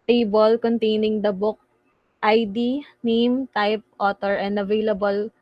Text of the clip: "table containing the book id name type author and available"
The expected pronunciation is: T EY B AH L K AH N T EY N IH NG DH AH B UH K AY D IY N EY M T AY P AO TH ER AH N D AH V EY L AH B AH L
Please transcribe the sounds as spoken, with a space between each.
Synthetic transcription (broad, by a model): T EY B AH L K AH N T EY N IH NG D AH B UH K AY D IY N EY M T AY P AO T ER AH N D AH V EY L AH B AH L